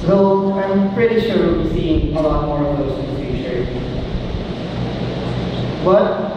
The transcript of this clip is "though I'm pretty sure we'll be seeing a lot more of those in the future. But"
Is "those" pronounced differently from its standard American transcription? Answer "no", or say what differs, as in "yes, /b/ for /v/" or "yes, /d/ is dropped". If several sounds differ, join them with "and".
yes, /z/ is dropped